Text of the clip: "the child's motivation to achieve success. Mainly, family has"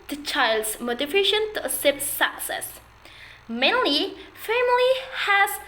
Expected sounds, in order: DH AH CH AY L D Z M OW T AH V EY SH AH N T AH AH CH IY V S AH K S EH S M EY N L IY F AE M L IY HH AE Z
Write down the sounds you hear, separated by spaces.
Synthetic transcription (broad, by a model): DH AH CH AY L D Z M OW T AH F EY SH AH N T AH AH S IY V S AH K S EH S M EY N L IY F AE M L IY HH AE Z